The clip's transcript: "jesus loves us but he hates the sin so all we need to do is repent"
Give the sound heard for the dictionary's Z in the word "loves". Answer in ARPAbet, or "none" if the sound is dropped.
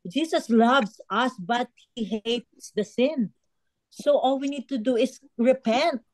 S